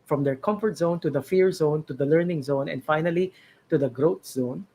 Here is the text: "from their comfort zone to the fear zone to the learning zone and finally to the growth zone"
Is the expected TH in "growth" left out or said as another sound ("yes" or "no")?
yes